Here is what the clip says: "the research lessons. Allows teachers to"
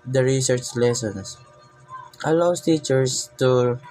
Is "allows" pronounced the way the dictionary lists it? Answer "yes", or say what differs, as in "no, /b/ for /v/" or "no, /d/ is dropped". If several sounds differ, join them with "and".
no, /s/ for /z/